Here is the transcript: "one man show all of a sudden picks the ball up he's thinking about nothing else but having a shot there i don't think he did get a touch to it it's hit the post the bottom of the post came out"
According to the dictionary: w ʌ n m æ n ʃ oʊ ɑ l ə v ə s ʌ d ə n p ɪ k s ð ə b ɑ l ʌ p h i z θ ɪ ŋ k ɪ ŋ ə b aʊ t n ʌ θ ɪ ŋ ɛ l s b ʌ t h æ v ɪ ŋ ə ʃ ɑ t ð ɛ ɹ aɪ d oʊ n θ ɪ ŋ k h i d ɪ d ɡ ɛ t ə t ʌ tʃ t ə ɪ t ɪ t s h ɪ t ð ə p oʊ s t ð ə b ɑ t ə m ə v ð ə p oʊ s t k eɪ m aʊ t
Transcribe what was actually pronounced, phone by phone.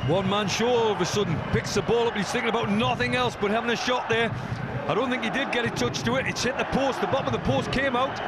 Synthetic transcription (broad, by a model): w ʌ n m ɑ n ʃ oʊ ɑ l ə v ə s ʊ d n p ɪ k s ð ə b ɑ l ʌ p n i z θ ɪ ŋ k ɪ ŋ ə b aʊ t n ʌ θ ɪ ŋ ɛ l s b ʌ t h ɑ v ɪ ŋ ə ʃ ɑ t ð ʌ ɹ aɪ d oʊ n θ ɪ ŋ k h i d ɪ d ɡ ɛ t ə t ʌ tʃ t ə ɪ t ɪ t s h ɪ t ð ə p oʊ s t ð ə b ɑ t ə m ə v ð ə p oʊ s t k eɪ m aʊ t